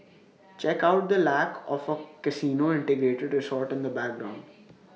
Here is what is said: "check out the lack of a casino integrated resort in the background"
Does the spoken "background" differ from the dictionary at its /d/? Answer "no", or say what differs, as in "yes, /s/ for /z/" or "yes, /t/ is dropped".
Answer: no